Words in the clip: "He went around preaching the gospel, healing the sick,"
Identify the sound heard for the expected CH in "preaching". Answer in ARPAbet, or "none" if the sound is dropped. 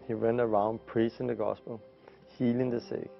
S